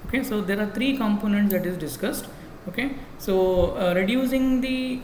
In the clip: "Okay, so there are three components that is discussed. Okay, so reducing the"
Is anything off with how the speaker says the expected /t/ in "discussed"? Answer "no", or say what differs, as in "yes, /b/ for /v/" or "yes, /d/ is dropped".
no